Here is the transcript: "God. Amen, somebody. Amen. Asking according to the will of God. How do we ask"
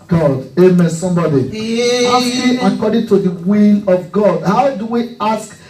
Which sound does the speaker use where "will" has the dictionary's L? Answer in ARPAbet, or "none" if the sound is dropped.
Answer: N